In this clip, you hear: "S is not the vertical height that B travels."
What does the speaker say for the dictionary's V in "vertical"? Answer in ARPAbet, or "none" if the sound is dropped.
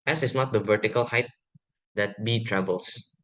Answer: V